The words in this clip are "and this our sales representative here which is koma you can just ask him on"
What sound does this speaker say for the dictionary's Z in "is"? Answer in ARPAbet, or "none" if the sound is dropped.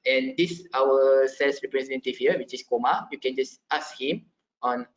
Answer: S